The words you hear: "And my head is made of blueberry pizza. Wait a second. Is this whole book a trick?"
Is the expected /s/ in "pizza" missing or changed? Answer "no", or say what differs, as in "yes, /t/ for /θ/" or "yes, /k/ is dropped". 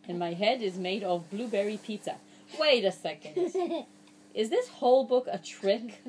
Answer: yes, /s/ is dropped